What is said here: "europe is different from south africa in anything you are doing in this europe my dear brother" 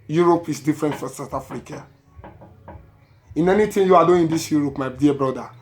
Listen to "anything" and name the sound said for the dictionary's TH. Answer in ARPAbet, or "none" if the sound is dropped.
T